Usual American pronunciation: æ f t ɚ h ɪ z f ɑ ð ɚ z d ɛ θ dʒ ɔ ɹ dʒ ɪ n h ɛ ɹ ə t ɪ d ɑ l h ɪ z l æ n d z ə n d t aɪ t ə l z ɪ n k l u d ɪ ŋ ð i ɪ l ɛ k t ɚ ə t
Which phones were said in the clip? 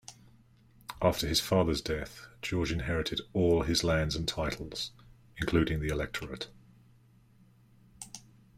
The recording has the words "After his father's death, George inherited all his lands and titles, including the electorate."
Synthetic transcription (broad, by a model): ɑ f t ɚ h ɪ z f ɑ ð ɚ z d ɛ θ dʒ ɔ dʒ ɪ n h ɛ ɹ ə t ɪ d ɑ l ɪ z l æ n d z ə n t aɪ t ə l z ɪ n k l u d ɪ ŋ ð i ɪ l ɛ k t ɚ ə t